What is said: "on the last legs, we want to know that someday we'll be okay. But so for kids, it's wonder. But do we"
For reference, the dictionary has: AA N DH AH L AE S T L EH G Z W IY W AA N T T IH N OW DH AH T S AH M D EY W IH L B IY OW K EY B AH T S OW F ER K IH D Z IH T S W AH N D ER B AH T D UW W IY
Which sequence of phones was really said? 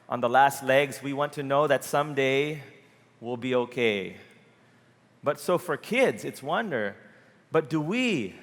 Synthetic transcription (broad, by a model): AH N DH AH L AE S T L EH G Z W IY W AA N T T IH N OW DH AH T S AH M D EY W IH L B IY OW K EY B AH T S OW F ER K IH D Z IH T S W AH N D ER B AH T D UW W IY